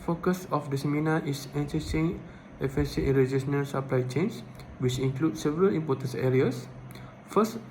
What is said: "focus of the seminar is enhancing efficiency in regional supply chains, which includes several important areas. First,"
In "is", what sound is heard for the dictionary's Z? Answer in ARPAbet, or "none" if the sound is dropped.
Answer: S